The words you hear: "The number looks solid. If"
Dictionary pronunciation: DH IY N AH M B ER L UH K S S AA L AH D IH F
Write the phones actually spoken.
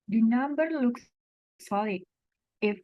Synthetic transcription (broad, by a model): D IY N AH M B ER L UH K S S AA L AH IH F